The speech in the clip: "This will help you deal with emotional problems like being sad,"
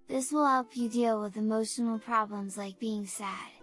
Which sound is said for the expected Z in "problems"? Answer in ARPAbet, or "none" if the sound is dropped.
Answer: Z